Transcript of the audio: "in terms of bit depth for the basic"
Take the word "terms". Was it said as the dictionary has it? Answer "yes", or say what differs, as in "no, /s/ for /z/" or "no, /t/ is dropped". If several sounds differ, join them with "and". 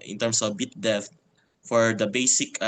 no, /s/ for /z/